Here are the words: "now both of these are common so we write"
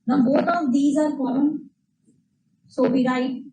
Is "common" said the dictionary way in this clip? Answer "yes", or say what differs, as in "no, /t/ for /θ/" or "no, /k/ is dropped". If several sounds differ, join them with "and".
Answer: no, /m/ is dropped